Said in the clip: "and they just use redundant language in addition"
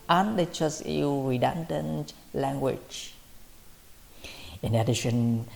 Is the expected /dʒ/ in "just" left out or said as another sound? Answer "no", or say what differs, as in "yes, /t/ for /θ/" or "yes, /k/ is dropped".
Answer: yes, /tʃ/ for /dʒ/